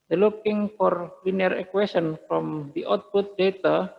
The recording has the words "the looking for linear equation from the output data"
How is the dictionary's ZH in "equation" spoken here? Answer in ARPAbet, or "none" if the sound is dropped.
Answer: S